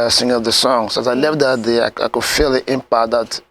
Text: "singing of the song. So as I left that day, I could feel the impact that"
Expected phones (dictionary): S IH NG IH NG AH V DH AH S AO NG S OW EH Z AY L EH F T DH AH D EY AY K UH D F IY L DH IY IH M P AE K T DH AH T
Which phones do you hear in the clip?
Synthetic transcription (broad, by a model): S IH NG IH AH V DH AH S AO NG S OW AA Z AY L EH F T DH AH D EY AY K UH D F IY L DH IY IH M P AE T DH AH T